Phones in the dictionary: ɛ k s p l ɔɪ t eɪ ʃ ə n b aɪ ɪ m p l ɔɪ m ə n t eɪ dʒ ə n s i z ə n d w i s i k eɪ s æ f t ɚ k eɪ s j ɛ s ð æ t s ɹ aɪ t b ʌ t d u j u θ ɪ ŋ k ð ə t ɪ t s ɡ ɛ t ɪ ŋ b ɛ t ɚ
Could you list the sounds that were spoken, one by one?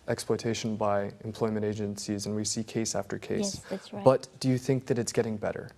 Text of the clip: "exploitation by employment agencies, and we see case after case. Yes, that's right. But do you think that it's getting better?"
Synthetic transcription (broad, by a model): ɛ k s p l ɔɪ t eɪ ʃ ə n b aɪ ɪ m p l ɔɪ m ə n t eɪ dʒ ə n s i z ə n w i s i k eɪ s æ f t ɚ k eɪ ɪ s s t b ʌ t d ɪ j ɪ θ ɪ ŋ k ð ə t ɪ t s ɡ ɛ t ɪ ŋ b ɛ t ɚ